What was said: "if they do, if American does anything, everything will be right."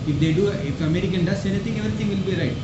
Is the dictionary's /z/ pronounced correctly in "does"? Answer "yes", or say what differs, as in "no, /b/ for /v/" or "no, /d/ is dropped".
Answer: no, /s/ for /z/